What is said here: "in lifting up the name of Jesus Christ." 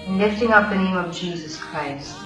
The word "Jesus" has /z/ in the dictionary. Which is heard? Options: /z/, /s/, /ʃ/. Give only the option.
/z/